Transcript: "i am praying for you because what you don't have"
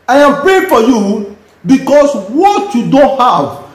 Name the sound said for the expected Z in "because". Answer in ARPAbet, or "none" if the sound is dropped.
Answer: S